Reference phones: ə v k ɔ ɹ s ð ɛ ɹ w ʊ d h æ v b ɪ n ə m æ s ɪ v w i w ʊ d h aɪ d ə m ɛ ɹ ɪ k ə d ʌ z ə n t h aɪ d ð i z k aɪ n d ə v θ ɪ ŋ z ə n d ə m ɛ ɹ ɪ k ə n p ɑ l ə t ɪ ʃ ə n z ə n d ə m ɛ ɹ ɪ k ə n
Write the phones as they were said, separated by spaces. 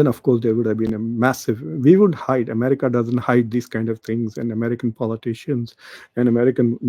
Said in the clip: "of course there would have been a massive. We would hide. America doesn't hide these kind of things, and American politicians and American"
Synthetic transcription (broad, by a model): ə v k ɔ ɹ s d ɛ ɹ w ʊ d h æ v b ɪ n ə m æ s ɪ v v i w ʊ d h aɪ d ə m ɛ ɹ ɪ k ə d ʌ z ə n t h aɪ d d i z k aɪ n d ə v t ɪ ŋ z ə n d ə m ɛ ɹ ɪ k ə n p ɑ l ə t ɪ ʃ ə n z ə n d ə m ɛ ɹ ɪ k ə n